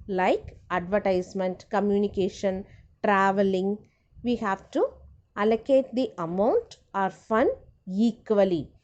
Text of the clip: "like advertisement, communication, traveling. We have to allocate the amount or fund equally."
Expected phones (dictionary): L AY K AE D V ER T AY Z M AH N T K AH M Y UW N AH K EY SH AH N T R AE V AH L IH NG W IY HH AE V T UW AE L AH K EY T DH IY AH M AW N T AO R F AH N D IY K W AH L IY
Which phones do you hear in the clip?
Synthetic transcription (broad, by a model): L AY K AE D V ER T AY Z M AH N T K AH M Y UW N AH K EY SH AH N T R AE V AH L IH NG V IY HH AE V T UW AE L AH K EY T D IY AH M AW N T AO R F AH N IY K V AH L IY